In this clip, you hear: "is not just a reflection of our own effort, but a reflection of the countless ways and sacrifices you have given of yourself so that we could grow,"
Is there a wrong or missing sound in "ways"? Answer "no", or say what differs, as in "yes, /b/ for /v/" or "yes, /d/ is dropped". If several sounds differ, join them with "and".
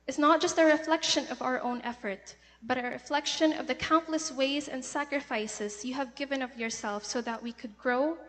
no